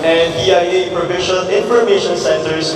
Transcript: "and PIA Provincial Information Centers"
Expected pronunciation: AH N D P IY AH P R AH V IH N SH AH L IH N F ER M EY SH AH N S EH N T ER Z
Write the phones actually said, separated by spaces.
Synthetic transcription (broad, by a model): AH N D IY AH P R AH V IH SH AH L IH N F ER M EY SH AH N S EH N T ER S